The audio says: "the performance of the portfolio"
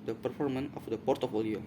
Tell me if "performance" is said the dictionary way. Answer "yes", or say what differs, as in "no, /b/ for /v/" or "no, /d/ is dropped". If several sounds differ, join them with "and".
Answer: no, /s/ is dropped